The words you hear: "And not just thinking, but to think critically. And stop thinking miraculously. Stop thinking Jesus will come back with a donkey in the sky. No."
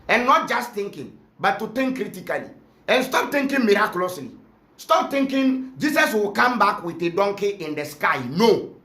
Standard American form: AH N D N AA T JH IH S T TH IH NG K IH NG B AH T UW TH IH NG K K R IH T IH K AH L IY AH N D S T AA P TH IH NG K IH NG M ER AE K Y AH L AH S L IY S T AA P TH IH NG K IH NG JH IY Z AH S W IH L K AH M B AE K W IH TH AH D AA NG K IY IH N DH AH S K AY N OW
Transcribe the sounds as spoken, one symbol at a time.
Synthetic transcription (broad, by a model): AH N N AA T JH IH S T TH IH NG K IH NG B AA T UW T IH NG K K R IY T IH K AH L IY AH N S T AA P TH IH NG K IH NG M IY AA K Y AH L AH S L IY S T AA P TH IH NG K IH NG JH IY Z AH S W IH L K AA M B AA K W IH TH AH D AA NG K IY IH N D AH S K AY N OW